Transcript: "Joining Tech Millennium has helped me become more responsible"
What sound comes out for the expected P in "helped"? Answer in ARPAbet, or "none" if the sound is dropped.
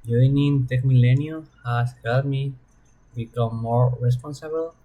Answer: none